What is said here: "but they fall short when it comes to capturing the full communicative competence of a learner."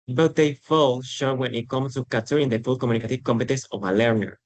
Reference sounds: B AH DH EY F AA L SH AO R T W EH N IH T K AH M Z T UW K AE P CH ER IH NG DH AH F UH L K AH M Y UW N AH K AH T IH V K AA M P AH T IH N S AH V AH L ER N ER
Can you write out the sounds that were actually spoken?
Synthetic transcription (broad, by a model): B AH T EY F AA L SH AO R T W EH N IH T K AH M S T UW K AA CH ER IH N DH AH F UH L K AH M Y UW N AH K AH T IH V K AA M P AH T IH N S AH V AH L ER N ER